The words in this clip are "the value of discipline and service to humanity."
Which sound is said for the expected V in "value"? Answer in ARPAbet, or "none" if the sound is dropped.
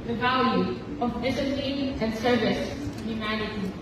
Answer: V